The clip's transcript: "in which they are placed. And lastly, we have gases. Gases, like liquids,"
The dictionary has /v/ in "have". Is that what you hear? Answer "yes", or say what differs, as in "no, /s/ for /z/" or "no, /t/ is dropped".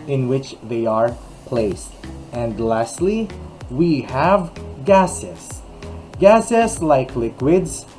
yes